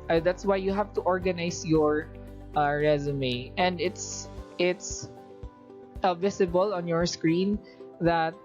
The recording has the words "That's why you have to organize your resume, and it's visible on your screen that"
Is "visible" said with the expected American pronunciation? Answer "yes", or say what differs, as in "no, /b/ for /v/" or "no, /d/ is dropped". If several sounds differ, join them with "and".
no, /s/ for /z/